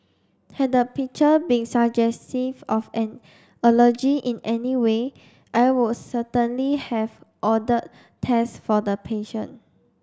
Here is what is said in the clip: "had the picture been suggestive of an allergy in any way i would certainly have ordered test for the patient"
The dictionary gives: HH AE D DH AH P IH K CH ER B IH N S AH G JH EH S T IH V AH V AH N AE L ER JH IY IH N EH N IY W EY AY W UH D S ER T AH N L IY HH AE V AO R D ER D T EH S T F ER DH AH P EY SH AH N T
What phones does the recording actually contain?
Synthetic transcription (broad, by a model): HH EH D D AH P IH K CH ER B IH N S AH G JH EH S T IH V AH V AH N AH L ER JH IY IH N EH N IY W EY AY W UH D S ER T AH N L IY HH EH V AO D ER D T EH S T F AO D AH P EY SH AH N